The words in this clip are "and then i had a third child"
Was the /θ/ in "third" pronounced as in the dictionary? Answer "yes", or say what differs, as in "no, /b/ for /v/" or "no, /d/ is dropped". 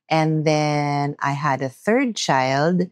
yes